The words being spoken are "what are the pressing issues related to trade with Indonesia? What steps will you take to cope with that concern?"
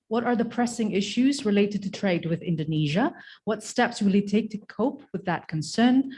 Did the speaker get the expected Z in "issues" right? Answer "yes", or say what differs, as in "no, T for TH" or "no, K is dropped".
yes